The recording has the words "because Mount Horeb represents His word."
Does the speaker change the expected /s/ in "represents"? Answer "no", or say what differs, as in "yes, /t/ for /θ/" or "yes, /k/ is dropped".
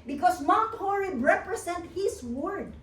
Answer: yes, /s/ is dropped